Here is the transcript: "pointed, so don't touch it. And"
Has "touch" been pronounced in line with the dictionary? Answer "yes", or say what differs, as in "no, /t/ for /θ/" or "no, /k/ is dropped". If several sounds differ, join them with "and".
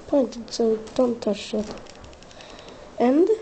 no, /ʃ/ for /tʃ/